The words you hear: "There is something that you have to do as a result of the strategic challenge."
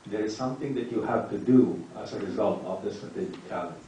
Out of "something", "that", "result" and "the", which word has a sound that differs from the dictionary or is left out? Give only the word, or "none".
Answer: none